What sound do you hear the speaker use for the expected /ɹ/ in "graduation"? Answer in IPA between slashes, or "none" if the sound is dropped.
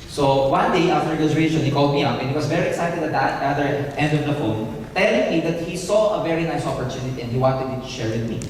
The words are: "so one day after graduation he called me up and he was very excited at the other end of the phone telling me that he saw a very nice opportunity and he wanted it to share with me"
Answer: none